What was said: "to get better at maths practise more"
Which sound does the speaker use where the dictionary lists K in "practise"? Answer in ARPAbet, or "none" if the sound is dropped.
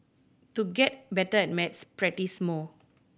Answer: none